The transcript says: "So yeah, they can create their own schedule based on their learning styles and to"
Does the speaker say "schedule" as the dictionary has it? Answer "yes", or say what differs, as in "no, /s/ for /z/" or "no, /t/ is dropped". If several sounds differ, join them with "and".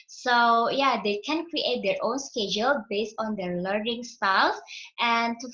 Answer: yes